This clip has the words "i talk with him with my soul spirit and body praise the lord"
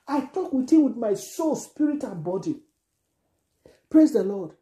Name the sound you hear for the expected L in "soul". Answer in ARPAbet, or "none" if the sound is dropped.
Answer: L